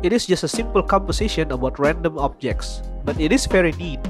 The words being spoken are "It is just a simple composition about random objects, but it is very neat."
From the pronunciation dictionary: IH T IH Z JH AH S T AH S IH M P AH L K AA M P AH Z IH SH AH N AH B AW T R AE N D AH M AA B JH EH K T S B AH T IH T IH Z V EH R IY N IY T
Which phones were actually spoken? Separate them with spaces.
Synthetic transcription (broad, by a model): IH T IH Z JH AH S T AH S IH M P AH L K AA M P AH S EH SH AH N AH B AW T R AE N D AH M AA B JH EH K T S B AH T IH T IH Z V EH R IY N IY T